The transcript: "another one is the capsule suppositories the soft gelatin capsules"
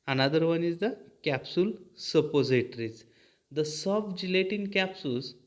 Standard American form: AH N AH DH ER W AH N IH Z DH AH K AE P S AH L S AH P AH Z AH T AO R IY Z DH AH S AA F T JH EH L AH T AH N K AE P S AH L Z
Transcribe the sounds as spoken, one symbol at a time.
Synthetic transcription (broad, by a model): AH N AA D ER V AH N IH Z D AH K AE P S AH L S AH P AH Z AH T R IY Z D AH S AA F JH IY L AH T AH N K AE P S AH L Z